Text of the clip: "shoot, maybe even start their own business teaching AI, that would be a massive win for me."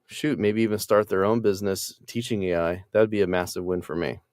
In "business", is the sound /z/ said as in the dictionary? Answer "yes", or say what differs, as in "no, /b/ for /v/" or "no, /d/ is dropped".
yes